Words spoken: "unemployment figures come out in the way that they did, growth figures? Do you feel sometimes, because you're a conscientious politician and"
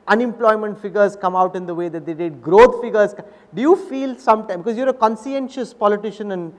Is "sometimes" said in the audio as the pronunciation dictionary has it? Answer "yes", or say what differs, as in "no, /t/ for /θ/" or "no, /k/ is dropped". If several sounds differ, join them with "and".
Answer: no, /z/ is dropped